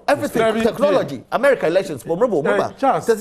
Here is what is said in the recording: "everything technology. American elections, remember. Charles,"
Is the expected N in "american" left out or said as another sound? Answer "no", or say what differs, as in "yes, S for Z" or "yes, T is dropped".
yes, N is dropped